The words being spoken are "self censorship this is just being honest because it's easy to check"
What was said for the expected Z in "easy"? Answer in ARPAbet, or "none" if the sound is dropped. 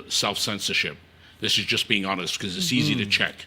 Z